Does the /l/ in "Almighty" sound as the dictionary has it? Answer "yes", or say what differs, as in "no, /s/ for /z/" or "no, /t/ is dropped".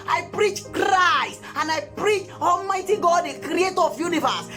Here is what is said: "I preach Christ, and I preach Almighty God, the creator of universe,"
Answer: yes